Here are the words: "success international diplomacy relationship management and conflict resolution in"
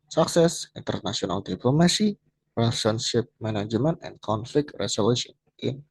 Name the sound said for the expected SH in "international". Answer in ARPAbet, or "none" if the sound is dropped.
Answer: S